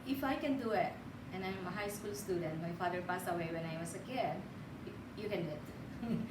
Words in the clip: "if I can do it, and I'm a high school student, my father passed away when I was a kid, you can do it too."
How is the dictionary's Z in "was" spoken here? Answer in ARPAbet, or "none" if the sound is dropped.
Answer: S